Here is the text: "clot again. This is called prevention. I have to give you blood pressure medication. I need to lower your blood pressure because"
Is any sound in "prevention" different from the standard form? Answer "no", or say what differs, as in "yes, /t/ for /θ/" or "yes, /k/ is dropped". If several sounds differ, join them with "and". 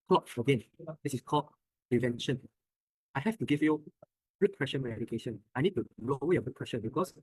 no